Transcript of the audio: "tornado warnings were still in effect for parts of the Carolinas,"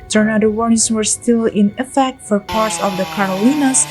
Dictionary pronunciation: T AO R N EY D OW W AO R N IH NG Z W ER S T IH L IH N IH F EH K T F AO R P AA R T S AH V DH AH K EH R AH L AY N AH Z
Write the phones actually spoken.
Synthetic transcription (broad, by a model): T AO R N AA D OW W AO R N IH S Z W ER S T IH L IH N IH F EH K T F AO R P AA R T S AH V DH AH K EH R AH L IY N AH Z